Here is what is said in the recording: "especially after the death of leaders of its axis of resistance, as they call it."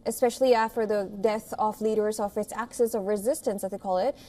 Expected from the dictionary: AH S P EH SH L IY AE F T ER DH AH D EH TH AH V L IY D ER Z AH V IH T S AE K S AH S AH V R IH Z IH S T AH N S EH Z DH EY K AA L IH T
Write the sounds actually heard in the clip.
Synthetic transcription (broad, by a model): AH S P EH SH L IY AE F T ER DH AH D EH TH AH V L IY D ER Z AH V IH T S AE K S AH S AH V R IH Z IH S T AH N S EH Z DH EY K AA L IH T